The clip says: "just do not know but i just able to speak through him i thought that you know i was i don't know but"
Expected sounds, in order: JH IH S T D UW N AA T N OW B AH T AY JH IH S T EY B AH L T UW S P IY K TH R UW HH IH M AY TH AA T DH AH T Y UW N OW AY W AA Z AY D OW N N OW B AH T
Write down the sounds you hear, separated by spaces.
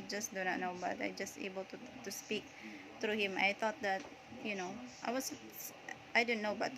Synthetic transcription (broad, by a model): JH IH S D UW N AA T N OW B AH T AY JH IH S T EY B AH L T UW S P IY K T R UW HH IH M AY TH AA T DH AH T Y UW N OW AY W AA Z AY D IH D N OW B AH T